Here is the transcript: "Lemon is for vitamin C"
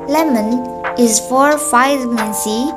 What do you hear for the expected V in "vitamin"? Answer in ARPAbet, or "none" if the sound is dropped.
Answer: F